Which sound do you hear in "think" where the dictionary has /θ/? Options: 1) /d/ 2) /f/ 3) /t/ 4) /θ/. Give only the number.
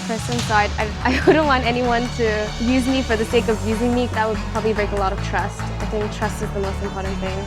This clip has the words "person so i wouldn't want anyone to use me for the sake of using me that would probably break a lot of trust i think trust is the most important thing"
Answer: 4